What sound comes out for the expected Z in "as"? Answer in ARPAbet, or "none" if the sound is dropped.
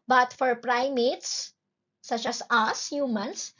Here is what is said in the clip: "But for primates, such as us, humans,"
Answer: S